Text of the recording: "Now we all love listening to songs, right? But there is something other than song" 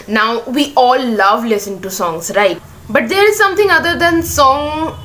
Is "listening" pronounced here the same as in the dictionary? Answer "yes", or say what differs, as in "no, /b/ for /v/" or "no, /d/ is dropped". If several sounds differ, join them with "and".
no, /n/ is dropped